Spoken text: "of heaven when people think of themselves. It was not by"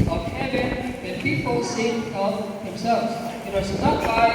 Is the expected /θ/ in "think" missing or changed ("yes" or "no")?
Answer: yes